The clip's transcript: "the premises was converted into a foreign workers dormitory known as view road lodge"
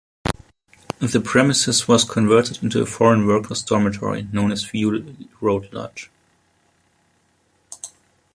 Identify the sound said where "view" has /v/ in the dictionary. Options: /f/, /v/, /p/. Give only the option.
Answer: /f/